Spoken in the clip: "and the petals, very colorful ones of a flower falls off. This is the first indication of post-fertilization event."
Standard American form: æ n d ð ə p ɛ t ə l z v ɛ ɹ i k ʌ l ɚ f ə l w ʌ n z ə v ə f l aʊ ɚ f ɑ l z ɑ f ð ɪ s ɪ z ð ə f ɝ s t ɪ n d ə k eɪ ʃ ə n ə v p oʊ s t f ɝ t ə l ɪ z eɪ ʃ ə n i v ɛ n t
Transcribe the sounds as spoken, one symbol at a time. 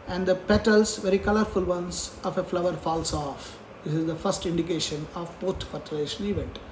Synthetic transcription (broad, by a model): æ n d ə p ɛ t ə l s v ɛ ɹ i k ʌ l ɚ f ə l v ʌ n s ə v ə f l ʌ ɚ f ɑ l s ɑ f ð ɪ s ɪ z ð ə f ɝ s t ɪ n d ə k eɪ ʃ ə n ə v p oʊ t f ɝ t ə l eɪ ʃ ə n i v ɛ n t